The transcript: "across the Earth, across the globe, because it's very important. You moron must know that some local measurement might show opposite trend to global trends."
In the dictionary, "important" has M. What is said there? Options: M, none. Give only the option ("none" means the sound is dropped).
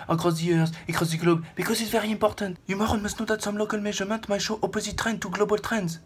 none